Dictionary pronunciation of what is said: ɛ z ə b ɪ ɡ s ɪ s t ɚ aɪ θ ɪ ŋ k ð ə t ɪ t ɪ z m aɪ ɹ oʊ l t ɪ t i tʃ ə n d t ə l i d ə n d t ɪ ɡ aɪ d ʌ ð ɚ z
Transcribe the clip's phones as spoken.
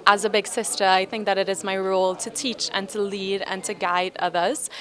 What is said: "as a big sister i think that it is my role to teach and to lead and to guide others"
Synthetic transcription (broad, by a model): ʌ z ə b ɪ ɡ s ɪ s t ɚ aɪ θ ɪ ŋ k ð ə t ɪ t ɪ z m aɪ ɹ oʊ l t ɪ t i tʃ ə n t ə l i d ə n t ɪ ɡ aɪ d ʌ ð ɚ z